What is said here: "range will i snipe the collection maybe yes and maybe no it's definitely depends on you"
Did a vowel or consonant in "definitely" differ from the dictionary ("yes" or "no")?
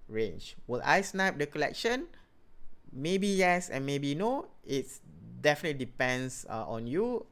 no